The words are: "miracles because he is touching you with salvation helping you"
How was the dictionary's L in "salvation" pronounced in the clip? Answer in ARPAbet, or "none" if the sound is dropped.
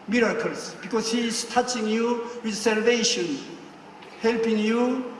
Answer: L